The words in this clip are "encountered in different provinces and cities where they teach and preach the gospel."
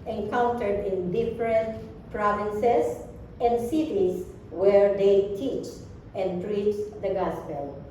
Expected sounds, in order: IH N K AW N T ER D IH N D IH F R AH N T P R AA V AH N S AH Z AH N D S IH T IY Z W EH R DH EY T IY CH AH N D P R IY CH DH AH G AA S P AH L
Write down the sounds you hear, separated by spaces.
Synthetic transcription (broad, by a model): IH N K AW N T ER D IH N D IH F R AH N T P R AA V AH N S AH S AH N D S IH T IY S W EH R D EY T IY CH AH N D P R IY CH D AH G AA S P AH L